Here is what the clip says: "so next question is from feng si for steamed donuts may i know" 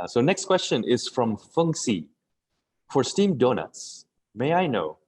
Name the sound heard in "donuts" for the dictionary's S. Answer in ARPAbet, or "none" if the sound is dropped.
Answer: S